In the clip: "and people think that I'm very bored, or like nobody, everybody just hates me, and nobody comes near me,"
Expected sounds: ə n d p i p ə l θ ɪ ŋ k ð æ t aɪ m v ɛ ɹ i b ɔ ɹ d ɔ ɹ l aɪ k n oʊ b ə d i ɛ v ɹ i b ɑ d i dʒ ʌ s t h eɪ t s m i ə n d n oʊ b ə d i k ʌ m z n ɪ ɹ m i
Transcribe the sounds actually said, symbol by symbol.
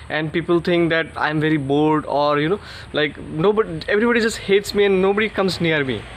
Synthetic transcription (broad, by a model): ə n d p i p ə l t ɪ ŋ k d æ t aɪ m v ɛ ɹ i b ɔ l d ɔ ɹ l aɪ k n oʊ b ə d i ɛ v ɹ i b ɑ d i dʒ ʌ s t h eɪ t s m i ə n d n oʊ b ə d i k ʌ m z n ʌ ɹ m i